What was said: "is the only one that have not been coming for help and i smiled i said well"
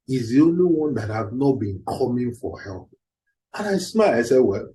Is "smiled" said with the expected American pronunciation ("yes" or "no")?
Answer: no